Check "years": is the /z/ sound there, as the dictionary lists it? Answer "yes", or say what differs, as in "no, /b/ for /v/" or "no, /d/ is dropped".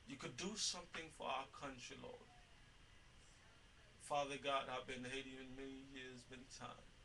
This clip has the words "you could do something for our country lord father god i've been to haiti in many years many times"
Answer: yes